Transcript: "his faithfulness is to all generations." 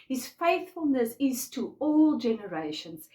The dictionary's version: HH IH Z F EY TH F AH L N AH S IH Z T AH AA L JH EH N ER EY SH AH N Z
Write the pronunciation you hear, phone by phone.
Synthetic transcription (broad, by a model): HH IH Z F EY TH F AH L N AH S IH Z T AH AA L JH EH N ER EY SH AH N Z